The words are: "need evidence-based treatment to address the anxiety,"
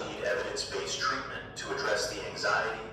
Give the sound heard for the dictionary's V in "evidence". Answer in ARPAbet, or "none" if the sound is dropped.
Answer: V